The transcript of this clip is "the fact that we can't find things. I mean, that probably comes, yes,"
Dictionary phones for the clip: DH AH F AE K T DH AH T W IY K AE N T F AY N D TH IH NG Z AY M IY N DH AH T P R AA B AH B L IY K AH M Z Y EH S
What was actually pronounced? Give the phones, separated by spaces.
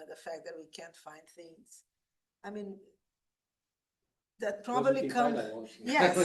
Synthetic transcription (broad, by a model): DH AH F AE K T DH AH T W IY K AE N T F AY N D TH IH NG Z AY M IY N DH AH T P R AA B AH B L IY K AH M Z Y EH